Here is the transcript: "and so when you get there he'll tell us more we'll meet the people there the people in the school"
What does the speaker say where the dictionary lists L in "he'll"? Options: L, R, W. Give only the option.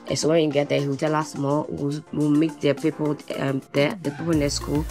W